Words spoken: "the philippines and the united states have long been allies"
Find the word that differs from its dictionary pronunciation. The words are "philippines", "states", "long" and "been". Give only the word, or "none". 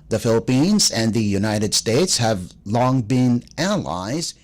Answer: none